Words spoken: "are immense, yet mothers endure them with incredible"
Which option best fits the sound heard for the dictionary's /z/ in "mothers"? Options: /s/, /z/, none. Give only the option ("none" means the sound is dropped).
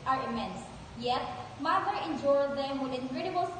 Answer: none